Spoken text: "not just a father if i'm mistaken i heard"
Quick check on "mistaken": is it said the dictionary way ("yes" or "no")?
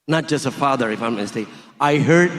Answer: no